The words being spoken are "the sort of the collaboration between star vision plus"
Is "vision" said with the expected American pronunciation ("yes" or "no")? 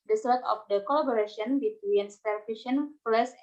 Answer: no